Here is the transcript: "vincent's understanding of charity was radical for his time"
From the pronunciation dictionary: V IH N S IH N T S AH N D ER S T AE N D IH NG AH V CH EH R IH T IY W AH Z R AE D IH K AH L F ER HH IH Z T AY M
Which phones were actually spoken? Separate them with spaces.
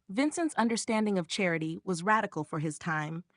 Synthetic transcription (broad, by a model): V IH N S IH N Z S AH N D ER S T AE N D IH NG AH V CH EH R IH T IY W AH Z R AE D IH K L F ER IH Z T AY M